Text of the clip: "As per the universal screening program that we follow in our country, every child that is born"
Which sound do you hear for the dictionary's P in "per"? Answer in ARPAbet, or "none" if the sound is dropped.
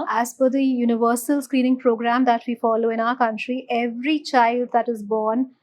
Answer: F